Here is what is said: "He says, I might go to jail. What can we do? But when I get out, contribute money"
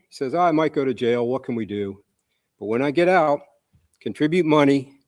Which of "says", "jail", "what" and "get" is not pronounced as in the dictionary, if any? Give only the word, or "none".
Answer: none